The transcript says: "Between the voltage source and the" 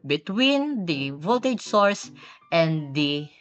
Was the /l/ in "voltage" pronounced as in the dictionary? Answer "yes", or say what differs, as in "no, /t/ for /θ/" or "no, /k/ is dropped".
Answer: no, /l/ is dropped